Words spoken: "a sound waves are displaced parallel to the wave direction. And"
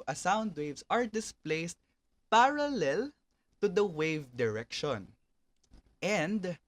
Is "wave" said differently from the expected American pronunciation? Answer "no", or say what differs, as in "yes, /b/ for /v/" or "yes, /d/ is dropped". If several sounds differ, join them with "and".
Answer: no